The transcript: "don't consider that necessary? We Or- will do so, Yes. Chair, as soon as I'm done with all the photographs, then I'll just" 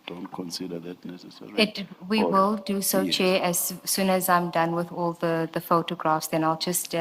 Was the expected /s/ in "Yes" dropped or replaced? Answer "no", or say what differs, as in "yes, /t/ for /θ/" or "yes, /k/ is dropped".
yes, /s/ is dropped